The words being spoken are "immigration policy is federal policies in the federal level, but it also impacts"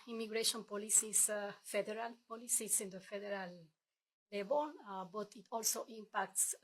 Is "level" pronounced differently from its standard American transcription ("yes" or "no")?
yes